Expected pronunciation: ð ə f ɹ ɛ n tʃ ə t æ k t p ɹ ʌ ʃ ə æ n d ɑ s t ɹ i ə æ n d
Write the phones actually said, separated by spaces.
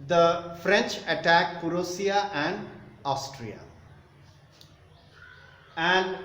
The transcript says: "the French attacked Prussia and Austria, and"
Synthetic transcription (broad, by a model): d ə f ɹ ɛ n tʃ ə t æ k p ɹ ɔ s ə æ n d ɑ s t ɹ i ə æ n d